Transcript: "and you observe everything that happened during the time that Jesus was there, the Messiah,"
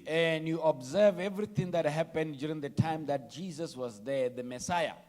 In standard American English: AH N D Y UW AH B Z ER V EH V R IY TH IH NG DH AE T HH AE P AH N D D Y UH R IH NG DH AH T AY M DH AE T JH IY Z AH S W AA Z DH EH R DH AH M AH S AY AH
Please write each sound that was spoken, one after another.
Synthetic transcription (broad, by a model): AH N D Y UW AH B Z ER V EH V R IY T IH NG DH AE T HH AE P AH N D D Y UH R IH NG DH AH T AY M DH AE T JH IY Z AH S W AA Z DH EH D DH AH M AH S AY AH